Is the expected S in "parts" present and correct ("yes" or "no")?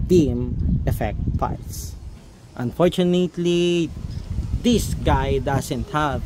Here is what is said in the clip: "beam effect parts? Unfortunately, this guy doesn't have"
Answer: no